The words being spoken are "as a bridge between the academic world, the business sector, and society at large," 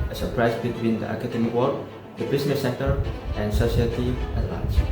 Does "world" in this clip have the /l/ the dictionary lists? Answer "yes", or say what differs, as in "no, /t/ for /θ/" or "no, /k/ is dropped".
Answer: no, /l/ is dropped